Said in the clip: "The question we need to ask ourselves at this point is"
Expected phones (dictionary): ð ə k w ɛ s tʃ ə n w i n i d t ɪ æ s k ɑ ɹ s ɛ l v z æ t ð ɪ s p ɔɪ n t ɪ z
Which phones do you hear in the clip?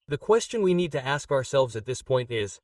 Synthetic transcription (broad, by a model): ð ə k w ɛ s tʃ ə n w i n i d t ɪ æ s k ɑ ɹ s ɛ l v z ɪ t ð ɪ s p ɔɪ n t ɪ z